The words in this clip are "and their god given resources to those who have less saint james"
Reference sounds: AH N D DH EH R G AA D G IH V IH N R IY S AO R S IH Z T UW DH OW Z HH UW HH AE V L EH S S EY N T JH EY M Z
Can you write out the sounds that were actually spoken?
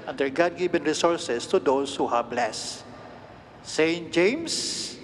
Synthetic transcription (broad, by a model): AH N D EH R G AA D G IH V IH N R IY S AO R S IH S T UW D OW S HH UW HH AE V L EH S S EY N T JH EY M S